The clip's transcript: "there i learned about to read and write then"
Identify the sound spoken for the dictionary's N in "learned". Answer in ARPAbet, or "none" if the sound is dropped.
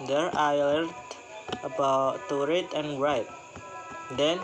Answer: none